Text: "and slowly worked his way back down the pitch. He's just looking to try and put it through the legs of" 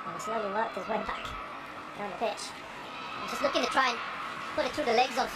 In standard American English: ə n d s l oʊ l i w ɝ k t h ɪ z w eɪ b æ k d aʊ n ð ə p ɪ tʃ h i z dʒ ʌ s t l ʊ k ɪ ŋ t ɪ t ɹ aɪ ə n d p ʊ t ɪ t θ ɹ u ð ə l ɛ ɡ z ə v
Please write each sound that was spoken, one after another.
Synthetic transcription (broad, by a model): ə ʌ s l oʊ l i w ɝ t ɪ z w eɪ b æ k d aʊ n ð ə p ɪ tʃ dʒ ʌ s t l ʊ k ɪ ŋ t ɪ t ɹ aɪ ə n p ʊ t ɪ t θ ɹ u ð ə l ɛ ɡ z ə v